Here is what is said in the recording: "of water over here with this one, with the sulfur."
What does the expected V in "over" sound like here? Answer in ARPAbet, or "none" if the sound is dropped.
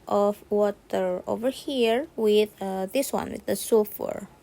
V